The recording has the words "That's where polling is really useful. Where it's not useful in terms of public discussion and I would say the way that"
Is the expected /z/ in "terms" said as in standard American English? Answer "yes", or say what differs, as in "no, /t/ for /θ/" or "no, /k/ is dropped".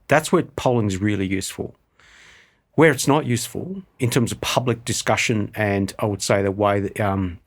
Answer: yes